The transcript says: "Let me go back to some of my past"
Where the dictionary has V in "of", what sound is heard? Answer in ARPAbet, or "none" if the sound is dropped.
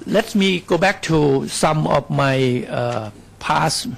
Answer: F